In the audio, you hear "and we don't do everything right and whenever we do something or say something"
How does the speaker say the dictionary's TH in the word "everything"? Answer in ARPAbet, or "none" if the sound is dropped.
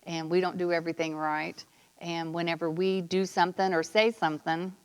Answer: TH